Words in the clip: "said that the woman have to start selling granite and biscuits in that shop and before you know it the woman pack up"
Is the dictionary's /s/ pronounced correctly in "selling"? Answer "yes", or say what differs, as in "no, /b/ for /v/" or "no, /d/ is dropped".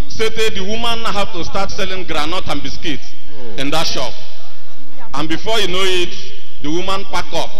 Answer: yes